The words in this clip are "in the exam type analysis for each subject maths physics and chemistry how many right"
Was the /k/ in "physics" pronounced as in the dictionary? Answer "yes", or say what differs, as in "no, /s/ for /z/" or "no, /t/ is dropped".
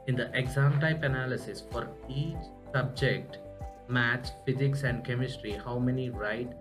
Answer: yes